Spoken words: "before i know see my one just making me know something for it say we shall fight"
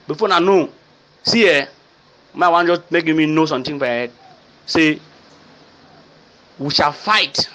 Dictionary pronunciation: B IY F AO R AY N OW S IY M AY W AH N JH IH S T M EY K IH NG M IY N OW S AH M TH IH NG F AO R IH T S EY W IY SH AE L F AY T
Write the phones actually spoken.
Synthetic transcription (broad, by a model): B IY F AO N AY N OW S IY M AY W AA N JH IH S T M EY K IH M IY N OW S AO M T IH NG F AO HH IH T S EY W IY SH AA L F AY T